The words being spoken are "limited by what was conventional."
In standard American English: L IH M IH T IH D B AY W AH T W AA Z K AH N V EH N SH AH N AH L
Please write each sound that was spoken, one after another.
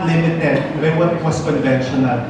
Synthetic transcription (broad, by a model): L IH M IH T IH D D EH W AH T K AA S K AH N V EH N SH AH N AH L